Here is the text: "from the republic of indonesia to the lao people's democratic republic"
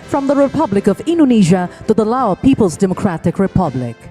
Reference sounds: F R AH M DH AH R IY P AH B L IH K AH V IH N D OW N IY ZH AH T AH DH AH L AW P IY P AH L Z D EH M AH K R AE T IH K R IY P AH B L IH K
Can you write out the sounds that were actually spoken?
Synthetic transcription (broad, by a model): F R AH M DH AH R IY P AH B L IH K AH V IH N D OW N IY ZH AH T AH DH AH L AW P IY P AH L Z D EH M AH K R AE T IH K R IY P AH B L IH K